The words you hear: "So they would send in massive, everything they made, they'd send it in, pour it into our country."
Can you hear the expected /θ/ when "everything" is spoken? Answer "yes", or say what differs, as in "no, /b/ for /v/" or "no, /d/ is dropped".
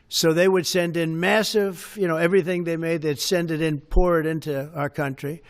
yes